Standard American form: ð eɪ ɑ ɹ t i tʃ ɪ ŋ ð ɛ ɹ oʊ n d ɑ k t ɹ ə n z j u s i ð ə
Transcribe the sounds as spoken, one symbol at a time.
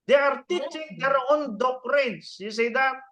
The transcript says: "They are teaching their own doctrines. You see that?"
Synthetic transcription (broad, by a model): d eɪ ɑ ɹ t i tʃ ɪ ŋ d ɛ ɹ oʊ n d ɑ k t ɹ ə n s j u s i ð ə